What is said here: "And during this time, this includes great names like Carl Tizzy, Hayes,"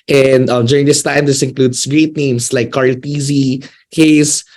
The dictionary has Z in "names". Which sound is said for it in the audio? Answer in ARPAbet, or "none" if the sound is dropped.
S